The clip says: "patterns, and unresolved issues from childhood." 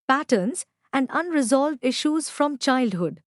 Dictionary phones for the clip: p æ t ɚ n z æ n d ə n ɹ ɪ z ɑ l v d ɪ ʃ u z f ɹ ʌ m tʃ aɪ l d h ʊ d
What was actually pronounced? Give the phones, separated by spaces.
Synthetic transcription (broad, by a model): p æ t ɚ n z æ n d ə n ɹ ɪ z ɑ l v d ɪ ʃ u z f ɹ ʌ m tʃ aɪ l d h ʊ d